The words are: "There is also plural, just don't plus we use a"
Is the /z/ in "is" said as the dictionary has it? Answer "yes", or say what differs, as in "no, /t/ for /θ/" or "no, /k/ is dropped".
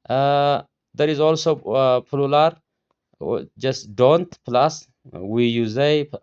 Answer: yes